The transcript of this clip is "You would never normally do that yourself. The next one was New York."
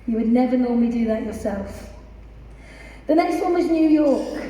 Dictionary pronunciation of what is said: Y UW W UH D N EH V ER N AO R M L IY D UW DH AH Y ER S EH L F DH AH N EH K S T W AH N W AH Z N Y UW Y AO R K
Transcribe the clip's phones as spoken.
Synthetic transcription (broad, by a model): Y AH W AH D N EH V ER N AO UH M IY D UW DH AH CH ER S EH L F DH AH N EH K S T W AH N W AH Z N Y UW Y AO K